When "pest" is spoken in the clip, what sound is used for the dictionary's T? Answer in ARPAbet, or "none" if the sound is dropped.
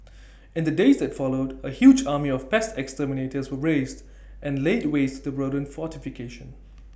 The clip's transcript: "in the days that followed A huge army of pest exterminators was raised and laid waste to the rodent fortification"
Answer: T